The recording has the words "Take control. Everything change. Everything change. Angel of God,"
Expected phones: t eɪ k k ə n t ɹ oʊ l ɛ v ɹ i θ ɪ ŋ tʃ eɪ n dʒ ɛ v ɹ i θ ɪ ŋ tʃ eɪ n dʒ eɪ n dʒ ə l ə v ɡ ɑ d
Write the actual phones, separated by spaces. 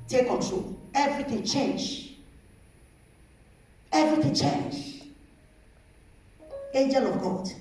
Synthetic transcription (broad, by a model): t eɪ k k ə t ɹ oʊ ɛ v ɹ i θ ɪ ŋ tʃ eɪ n dʒ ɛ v ɹ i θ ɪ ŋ tʃ eɪ n dʒ eɪ n dʒ ə l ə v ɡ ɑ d